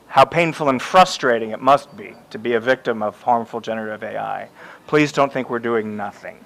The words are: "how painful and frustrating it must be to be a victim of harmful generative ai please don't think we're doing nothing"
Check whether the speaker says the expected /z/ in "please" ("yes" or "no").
yes